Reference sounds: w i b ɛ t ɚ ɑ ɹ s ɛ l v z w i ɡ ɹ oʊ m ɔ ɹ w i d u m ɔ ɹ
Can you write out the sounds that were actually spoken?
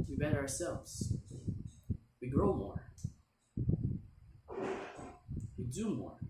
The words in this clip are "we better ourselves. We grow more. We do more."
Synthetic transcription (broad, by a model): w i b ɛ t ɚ ɑ ɹ s ɛ l v z w i ɡ ɹ oʊ m ɔ ɹ w i d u m ɔ ɹ